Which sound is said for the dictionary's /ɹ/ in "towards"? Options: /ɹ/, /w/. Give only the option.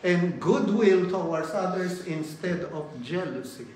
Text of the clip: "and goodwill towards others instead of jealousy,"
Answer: /w/